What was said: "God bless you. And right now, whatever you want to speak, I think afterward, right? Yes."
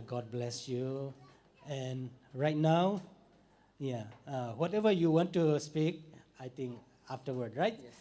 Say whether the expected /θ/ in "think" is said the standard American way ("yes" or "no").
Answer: no